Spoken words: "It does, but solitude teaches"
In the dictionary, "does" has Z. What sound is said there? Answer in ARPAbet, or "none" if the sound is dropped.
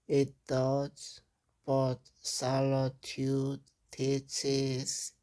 S